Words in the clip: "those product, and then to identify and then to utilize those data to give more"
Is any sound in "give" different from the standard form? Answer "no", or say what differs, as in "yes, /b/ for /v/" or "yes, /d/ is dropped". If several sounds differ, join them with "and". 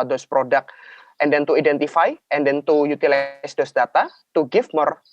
yes, /f/ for /v/